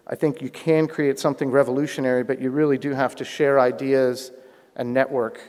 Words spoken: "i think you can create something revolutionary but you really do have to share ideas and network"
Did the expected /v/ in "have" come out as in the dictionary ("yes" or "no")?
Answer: no